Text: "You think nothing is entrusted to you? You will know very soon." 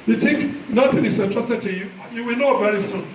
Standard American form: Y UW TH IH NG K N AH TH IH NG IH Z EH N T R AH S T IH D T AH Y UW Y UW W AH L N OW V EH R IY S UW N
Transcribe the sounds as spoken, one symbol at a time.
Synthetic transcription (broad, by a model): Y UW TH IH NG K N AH T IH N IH S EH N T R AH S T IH T AH Y UW Y UW W AH L N OW V EH R IY S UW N